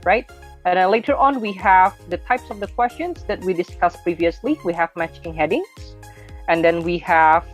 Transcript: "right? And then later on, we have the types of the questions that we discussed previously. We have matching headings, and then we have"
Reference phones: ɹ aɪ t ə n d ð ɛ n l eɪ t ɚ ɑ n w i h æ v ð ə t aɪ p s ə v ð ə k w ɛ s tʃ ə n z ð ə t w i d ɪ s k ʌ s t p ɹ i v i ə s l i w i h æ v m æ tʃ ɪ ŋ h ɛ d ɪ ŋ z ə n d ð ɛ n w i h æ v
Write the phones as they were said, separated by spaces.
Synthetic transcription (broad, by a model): ɹ aɪ t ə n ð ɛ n l eɪ t ɚ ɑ n w i h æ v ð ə t aɪ p s ə v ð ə k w ɛ s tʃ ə n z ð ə t w i d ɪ s k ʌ s p ɹ i v i ə s l i w i h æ v m æ tʃ ɪ ŋ h ɛ d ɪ ŋ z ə n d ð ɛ n w i h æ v